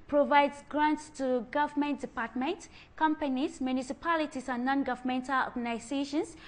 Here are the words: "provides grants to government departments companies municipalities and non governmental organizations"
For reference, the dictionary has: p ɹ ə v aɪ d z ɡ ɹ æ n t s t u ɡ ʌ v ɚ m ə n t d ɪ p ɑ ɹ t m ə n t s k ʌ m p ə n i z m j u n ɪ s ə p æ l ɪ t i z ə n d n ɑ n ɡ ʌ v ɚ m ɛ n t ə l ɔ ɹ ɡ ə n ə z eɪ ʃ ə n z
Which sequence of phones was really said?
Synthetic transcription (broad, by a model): p ɹ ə v aɪ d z ɡ ɹ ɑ n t s t u ɡ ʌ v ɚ m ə n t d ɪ p ɑ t m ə n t k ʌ m p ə n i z m j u n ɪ s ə p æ l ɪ t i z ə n n ɑ n ɡ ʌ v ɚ m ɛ n t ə l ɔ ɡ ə n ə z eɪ ʃ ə n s